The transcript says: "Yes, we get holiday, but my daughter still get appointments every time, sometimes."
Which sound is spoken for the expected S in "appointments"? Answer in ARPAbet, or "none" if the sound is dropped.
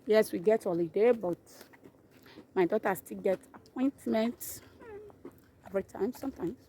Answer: none